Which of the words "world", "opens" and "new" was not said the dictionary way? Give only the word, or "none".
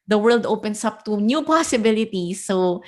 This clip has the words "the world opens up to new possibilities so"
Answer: opens